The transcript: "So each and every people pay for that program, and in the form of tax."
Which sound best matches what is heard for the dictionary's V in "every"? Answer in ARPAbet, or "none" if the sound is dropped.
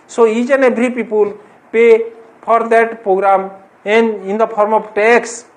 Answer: B